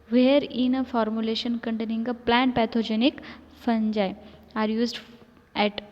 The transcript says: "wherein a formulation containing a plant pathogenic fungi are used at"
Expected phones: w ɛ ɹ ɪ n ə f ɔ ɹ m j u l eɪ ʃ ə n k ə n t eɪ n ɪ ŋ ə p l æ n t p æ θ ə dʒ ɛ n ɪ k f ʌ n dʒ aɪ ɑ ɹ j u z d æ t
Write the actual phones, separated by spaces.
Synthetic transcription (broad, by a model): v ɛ ɹ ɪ n ə f ɔ ɹ m j u l eɪ ʃ ə n k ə n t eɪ n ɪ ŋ ə p l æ n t p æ t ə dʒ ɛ n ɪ k f ʌ n dʒ aɪ ɑ ɹ j u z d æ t